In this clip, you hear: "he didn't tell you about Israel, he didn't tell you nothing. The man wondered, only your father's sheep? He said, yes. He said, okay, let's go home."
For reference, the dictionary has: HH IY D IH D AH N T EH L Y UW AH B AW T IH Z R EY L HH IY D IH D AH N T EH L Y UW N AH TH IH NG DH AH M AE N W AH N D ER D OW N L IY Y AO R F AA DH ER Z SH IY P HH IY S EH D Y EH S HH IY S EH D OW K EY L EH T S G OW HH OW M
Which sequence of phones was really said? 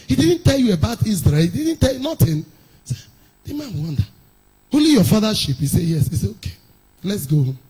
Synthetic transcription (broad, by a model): HH IY D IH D N T EH L Y UW AH B AW T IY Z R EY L HH IY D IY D N T EH L Y UW N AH T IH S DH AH M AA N W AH N D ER OW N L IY Y AO F AA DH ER SH IY P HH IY S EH Y EH S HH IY S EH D OW K EY L EH T S G OW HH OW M